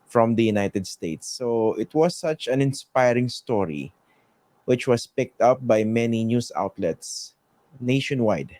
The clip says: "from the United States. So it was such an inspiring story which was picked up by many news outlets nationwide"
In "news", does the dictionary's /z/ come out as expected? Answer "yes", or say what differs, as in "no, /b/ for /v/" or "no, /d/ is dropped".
no, /s/ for /z/